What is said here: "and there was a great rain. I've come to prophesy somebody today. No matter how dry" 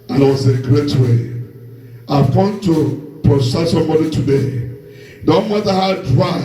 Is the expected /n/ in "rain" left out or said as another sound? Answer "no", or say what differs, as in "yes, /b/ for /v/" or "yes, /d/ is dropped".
yes, /n/ is dropped